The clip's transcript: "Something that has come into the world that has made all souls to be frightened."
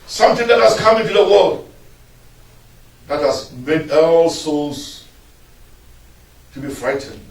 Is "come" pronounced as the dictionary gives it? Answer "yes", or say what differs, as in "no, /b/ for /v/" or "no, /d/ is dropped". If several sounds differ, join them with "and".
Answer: yes